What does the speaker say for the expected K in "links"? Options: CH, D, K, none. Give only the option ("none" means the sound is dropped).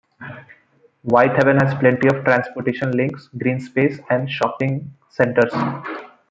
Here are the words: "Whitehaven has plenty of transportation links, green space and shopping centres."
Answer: K